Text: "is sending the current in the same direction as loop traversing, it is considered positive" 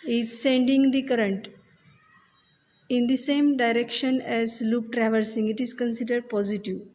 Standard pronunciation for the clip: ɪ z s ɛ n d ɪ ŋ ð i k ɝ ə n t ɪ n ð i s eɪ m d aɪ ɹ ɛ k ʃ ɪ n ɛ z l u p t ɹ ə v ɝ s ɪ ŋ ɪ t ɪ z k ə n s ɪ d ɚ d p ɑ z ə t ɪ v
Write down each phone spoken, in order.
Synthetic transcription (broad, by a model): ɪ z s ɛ n d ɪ ŋ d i k ɝ ə n t ɪ n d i s eɪ m d aɪ ɹ ɛ k ʃ ɪ n ɛ z l u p t ɹ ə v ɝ s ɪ ŋ ɪ t ɪ z k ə n s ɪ d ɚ d p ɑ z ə t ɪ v